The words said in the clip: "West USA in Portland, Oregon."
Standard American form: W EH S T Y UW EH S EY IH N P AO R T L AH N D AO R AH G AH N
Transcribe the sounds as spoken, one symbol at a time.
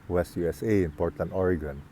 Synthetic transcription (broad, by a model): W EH S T Y UW EH S EY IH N P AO R T AH N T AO R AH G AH N